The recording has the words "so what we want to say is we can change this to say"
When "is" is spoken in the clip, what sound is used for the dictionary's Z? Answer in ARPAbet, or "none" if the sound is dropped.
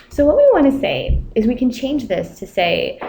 Z